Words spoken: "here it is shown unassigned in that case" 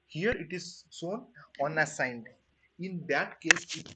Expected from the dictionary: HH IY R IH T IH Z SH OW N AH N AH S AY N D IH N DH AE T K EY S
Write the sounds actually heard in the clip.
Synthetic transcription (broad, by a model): HH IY R IH T IH Z S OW N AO N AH S AY N D IH N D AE T K EY S